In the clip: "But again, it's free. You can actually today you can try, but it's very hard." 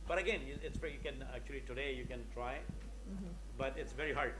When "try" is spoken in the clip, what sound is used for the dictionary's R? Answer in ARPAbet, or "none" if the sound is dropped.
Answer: R